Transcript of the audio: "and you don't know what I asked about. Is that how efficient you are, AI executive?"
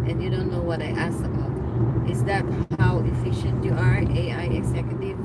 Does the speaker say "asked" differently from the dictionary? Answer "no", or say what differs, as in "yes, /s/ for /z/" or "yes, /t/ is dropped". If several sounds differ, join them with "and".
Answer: yes, /t/ is dropped